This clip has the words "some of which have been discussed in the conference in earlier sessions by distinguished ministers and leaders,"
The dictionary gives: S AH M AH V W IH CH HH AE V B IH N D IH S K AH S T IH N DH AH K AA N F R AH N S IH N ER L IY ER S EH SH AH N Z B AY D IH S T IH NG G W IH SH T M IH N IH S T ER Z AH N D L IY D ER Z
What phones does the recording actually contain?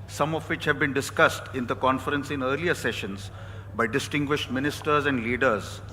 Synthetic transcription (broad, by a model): S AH M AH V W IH CH HH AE V B IH N D IH S K AH S T IH N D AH K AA N F R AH N S IH N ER L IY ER S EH SH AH N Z B AY D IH S T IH NG G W IH SH T M IH N IH S T ER Z AH N D L IY D ER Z